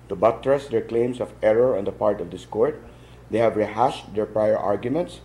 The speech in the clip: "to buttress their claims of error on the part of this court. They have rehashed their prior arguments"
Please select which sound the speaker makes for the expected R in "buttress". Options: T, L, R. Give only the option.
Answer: R